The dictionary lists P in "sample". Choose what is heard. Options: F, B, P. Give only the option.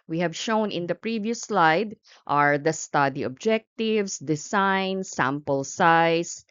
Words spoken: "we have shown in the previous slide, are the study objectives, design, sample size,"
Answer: P